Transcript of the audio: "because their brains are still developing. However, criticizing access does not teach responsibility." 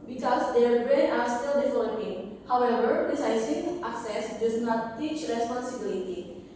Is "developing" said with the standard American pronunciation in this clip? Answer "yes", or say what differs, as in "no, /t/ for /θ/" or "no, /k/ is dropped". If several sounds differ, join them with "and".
no, /f/ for /v/